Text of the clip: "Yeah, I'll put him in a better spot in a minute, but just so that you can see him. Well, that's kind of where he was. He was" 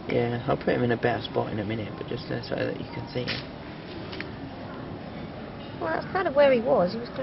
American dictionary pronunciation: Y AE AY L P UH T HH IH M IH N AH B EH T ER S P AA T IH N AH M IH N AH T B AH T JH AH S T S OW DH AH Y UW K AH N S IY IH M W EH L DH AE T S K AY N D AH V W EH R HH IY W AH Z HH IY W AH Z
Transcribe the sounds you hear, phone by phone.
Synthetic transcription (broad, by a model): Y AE AY L P UH T HH IH M IH N AH B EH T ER S P AA T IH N AH M IH N AH T B AH T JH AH S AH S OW DH AH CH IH K AH N S IY IH M W EH L DH AE T S K AY N D AH V W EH R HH IY W AH Z HH IY W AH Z